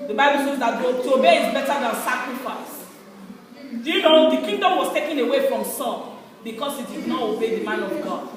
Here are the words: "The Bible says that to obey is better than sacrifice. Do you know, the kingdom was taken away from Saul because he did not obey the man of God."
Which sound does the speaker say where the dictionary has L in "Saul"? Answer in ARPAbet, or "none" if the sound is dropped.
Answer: N